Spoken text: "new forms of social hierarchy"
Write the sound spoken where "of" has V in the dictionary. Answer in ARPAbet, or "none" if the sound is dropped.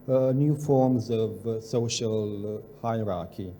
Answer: V